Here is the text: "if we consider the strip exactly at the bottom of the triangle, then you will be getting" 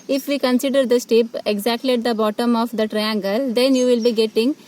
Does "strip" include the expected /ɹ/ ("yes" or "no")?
no